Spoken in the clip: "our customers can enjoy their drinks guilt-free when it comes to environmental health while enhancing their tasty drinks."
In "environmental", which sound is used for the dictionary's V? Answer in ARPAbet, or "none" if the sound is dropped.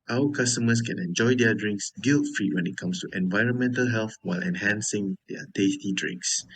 V